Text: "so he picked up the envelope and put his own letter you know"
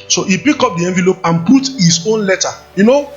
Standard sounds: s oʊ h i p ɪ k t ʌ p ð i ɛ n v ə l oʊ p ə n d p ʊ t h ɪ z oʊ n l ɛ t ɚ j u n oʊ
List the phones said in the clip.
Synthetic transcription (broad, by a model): s oʊ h i p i k ɔ p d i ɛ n v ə l oʊ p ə n p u t h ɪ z oʊ n l ɛ t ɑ j u n oʊ